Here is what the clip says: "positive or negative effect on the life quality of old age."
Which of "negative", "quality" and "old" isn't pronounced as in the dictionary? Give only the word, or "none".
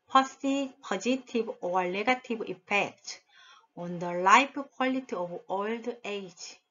negative